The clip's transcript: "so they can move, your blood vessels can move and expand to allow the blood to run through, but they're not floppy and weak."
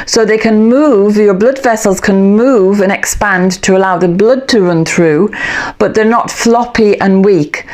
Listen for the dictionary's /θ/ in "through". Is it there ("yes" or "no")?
yes